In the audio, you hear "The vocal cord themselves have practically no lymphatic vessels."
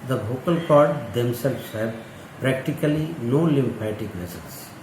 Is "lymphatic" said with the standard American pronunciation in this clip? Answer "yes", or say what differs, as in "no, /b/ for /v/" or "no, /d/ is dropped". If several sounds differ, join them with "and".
no, /p/ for /f/